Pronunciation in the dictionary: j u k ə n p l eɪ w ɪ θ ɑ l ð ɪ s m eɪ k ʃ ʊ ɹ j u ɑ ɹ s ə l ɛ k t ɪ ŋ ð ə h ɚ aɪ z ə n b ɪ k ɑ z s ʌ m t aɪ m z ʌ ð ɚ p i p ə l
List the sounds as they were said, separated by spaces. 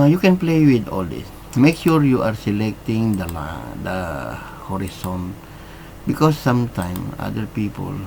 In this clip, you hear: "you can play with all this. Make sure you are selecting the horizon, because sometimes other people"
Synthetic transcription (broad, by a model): j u k ə n p l eɪ w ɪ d ɑ l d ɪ s m eɪ k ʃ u ɹ j u ɑ ɹ s ə l ɛ k t ɪ ŋ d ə h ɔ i s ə n b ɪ k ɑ s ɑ m t aɪ m ɑ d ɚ p i p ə l